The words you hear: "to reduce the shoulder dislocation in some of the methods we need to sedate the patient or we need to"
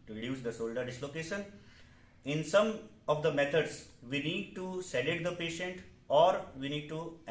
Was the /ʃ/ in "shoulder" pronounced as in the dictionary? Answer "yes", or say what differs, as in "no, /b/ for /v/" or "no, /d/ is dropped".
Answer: no, /s/ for /ʃ/